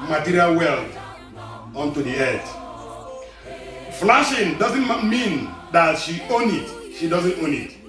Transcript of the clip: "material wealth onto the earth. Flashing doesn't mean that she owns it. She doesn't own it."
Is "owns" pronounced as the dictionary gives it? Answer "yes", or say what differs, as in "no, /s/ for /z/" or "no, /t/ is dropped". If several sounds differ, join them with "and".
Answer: no, /z/ is dropped